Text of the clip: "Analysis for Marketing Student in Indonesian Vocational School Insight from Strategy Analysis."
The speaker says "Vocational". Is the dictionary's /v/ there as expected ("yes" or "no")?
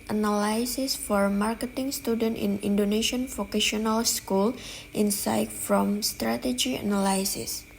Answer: no